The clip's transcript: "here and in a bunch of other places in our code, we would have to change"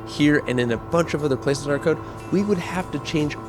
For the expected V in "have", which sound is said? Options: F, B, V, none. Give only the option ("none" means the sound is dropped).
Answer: F